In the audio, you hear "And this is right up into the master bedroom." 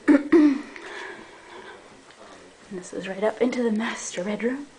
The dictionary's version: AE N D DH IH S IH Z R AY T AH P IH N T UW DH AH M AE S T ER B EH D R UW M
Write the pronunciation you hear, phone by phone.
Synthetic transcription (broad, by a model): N DH IH S IH Z R AY T AH P IH N T UW DH AH M AE S T ER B EH D R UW M